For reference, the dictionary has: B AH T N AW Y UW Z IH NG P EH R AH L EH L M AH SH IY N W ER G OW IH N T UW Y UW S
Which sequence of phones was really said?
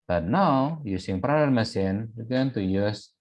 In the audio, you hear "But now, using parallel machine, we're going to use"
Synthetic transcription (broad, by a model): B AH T N AW Y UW S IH NG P R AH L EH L M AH S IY N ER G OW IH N T UW Y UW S